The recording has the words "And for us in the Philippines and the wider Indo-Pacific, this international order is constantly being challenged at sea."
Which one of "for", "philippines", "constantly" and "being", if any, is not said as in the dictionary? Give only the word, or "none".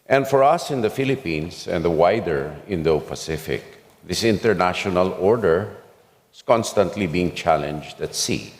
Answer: philippines